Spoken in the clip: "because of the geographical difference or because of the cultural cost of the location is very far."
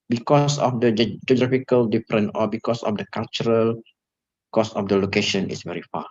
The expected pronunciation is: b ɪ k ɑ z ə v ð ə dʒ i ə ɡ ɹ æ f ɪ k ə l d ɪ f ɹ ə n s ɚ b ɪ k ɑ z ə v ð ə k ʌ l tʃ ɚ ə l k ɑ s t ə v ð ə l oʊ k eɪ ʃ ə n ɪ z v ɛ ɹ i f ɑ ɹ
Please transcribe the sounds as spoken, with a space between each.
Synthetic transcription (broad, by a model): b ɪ k ɑ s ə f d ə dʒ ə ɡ ɹ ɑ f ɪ k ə l d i f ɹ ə n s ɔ b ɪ k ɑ s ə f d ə k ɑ l tʃ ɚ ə l k ɑ s ə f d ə l oʊ k eɪ ʃ ə n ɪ s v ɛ ɹ i f ɑ